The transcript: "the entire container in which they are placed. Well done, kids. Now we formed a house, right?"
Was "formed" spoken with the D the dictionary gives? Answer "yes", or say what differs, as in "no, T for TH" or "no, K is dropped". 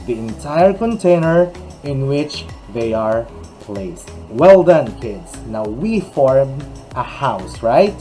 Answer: no, D is dropped